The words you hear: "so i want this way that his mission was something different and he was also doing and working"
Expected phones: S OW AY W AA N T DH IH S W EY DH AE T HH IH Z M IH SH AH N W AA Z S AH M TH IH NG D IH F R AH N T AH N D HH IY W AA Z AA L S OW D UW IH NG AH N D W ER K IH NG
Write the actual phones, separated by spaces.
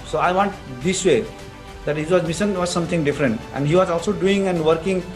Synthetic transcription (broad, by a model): S OW AY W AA N T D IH S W EY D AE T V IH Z M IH S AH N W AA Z S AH M T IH NG D IH F R AH N T AH N D HH IY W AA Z AA L S OW D UW IH NG AH N D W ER K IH NG